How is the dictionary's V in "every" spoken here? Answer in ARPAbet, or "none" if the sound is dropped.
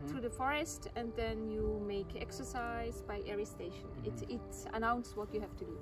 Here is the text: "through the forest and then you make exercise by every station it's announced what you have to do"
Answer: none